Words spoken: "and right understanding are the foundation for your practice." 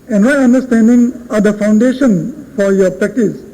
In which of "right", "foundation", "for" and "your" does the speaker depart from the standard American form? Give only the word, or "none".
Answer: right